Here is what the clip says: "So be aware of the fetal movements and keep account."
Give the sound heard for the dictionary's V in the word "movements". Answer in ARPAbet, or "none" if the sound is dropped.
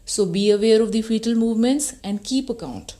V